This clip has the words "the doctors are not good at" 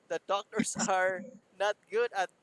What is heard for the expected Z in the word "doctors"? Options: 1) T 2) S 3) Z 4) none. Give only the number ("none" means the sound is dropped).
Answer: 2